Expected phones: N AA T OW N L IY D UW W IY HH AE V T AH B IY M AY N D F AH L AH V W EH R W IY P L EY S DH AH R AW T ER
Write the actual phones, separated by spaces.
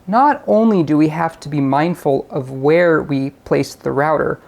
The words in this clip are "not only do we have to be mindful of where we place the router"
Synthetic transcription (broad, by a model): N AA T OW N L IY D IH W IY HH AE F T AH B IY M AY N D F AH L AH V W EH R W IY P L EY S DH AH R AW T ER